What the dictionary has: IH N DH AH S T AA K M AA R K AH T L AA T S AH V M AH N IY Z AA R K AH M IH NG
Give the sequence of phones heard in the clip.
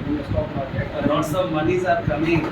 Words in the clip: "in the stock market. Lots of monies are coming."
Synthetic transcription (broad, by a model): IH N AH S T AA K M AA R K AH T N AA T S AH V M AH N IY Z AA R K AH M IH